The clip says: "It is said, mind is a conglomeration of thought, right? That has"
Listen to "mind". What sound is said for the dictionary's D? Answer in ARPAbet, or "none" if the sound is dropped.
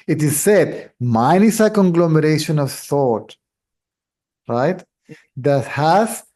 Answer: none